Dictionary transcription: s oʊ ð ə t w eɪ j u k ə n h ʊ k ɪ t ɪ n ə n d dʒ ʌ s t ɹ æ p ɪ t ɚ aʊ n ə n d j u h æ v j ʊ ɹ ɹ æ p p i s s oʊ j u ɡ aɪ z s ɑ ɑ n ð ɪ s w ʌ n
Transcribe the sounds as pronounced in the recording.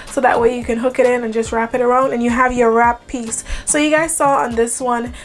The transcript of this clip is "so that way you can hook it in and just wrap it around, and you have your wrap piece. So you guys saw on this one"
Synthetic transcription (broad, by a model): s oʊ ð ə t w eɪ j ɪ k ə n h ʊ k ɪ t ɪ n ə n dʒ ʌ s t ɹ æ p ɪ t ɚ aʊ n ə n j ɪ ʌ v j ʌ ɹ ɹ æ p p i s s oʊ j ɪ ɡ aɪ z s ɑ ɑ n ð ɪ s w ʌ n